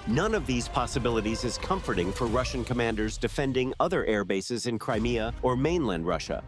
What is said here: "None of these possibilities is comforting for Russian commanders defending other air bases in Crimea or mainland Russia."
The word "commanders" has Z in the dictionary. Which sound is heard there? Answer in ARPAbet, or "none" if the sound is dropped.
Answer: Z